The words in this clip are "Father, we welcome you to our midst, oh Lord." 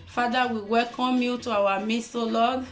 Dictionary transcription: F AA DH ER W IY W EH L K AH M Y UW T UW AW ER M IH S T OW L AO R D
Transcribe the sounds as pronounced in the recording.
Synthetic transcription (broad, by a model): F AA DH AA W IY W EH L K AH M Y UW T UW AW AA M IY S OW L AO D